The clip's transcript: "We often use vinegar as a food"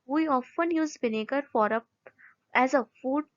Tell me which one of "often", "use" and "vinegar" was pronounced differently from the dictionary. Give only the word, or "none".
vinegar